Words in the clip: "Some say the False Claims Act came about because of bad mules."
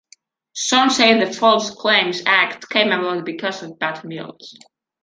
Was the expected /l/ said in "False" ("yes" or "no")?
yes